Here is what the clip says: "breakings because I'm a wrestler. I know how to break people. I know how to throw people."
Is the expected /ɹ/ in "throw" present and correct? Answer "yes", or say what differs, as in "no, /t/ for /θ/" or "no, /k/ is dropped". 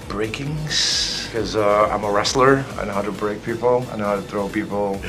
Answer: yes